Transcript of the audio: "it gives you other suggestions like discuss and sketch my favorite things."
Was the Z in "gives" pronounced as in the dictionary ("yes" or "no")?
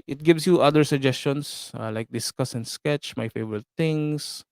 no